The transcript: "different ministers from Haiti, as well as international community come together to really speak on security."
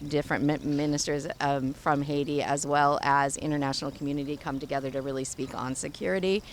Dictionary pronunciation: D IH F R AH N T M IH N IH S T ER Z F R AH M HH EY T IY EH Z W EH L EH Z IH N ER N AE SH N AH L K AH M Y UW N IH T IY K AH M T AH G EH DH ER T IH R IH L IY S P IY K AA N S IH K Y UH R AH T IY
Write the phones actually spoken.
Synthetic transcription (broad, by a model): D IH F R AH N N M IH N IH S T ER Z F R AH M HH EY T IY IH Z W EH L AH Z IH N ER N AE SH N L K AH M Y UW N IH T IY K AH M T AH G EH DH ER T IH R IH L IY S P IY K N S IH K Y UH R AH T IY